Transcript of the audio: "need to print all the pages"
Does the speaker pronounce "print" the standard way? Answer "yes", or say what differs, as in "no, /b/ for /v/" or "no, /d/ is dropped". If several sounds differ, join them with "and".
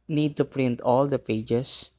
yes